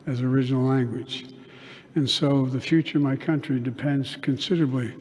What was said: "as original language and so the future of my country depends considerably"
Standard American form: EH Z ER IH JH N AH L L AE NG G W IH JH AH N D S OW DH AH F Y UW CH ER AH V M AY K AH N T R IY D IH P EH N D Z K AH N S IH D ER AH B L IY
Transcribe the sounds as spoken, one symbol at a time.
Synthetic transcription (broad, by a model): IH Z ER IH JH N L L AE NG G W IH JH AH N S OW DH AH F Y UW CH ER AH V M AY K AH N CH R IY D IH P EH N D Z K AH N S IH D ER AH B L IY